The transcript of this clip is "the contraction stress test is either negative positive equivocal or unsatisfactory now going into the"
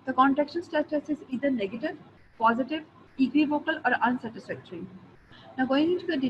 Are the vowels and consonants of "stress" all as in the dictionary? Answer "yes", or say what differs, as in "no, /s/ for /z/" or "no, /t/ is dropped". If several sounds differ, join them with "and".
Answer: no, /ɹ/ is dropped and /s/ is dropped